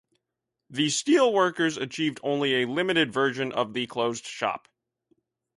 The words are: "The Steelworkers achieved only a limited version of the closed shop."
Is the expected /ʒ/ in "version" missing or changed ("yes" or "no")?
no